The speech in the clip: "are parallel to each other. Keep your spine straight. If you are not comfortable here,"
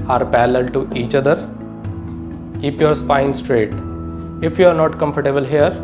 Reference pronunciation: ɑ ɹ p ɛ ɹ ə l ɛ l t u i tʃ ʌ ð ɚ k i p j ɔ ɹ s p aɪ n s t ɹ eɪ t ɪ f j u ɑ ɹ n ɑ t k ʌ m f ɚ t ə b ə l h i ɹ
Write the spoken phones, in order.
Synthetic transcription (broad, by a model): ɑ ɹ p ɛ l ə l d t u i tʃ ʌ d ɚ k i p j ɔ ɹ s p aɪ n s t ɹ eɪ t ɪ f j u ɑ ɹ n ɑ t k ʌ m f ɚ t ə b ə l h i ɹ